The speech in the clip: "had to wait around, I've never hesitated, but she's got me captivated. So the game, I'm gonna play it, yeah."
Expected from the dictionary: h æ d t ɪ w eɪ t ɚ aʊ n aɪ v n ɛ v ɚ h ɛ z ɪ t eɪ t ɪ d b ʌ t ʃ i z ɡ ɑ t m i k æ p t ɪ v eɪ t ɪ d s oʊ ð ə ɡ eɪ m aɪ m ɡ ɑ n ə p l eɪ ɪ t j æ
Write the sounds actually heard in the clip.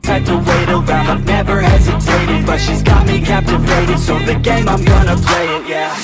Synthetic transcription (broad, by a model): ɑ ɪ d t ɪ w eɪ t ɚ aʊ aɪ v n ɛ v ɚ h ɛ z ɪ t eɪ t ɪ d b ʌ t ʃ i z ɡ ɑ t m i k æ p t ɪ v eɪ t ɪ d s oʊ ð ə ɡ eɪ m aɪ m ɡ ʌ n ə p l eɪ ɪ t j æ